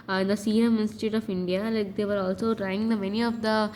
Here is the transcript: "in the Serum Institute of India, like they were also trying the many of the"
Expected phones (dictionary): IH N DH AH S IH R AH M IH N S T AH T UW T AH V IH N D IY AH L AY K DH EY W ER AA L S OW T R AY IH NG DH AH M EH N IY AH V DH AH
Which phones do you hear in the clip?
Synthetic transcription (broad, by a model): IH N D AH S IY AH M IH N S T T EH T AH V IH N D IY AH L AY K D EY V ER AA L S OW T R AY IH NG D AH M EH N IY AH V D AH